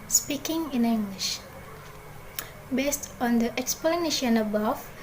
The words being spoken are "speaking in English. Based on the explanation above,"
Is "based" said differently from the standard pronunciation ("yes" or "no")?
no